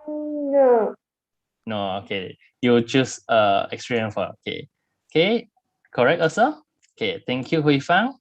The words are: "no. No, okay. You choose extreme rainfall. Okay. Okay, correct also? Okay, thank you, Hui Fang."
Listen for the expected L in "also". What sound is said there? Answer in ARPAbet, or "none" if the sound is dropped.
none